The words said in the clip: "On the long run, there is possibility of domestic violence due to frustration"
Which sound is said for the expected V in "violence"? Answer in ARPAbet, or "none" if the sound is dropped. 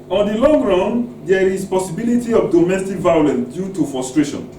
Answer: V